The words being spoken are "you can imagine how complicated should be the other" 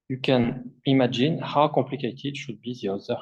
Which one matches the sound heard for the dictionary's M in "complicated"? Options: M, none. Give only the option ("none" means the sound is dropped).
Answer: none